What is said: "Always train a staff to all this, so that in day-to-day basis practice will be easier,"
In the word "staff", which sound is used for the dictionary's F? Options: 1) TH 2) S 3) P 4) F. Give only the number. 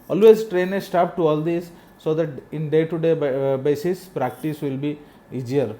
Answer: 3